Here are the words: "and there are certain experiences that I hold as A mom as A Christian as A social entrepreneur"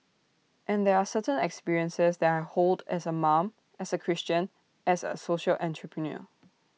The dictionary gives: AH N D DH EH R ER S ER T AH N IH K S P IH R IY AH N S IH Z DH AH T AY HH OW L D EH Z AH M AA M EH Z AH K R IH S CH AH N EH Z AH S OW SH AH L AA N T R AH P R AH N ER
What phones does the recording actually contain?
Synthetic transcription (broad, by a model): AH N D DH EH R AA S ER T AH N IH K S P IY R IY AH N S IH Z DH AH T AY HH OW L D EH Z AH M AA M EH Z AH K R IH S CH AH N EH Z AH S OW SH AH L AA N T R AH P R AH N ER